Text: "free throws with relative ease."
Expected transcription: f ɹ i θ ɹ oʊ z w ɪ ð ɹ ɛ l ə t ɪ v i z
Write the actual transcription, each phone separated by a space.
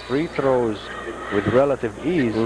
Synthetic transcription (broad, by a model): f ɹ i θ ɹ oʊ z w ɪ ð ɹ ɛ l ə t ɪ v i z